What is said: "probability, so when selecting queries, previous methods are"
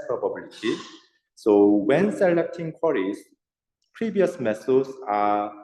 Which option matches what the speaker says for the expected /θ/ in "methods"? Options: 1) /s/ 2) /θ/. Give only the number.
1